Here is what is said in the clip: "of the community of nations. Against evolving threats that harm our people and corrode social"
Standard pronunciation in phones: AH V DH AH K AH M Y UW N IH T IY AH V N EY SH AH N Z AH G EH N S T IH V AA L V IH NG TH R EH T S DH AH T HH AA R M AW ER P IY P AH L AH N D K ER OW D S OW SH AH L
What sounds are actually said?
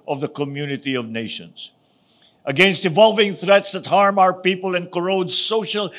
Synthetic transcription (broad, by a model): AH V DH AH K AH M Y UW N IH T IY AH V N EY SH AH N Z AH G EH N S T IH V AA L V IH NG TH R EH T S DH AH T HH AA R M AW ER P IY P AH L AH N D K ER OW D S OW SH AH L